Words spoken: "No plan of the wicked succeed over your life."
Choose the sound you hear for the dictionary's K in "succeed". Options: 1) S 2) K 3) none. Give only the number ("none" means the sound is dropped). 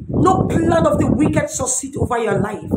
3